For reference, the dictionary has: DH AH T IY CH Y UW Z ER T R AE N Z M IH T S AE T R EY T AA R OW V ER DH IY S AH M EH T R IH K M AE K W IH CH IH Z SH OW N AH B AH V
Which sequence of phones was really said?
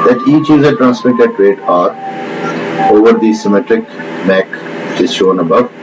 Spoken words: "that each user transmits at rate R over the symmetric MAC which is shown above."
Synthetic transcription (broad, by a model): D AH T IY CH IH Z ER T R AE N S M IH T EH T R EY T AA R OW V ER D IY S AH M EH T R IH K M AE K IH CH IH Z SH OW N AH B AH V